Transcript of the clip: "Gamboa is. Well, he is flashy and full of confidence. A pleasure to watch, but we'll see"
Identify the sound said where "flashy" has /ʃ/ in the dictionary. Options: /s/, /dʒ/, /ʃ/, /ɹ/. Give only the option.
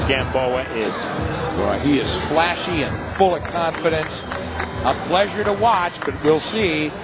/ʃ/